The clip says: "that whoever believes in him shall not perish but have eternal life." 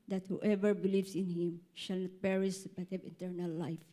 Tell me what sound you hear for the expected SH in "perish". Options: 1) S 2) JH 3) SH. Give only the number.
1